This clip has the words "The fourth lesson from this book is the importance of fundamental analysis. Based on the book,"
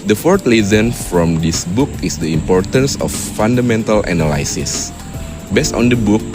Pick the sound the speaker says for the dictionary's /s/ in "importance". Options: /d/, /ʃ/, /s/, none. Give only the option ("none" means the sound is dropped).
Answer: /s/